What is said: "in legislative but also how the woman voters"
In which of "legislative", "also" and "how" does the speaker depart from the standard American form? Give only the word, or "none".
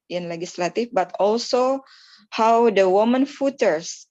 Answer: legislative